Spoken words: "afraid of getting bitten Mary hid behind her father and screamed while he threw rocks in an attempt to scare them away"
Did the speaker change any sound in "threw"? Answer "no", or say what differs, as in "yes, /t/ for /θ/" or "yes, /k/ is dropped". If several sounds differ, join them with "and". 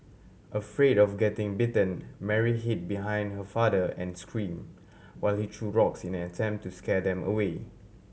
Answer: yes, /t/ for /θ/